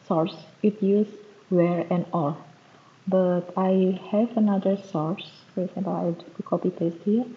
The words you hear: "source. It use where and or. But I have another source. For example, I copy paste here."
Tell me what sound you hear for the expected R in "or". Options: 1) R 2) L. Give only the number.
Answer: 2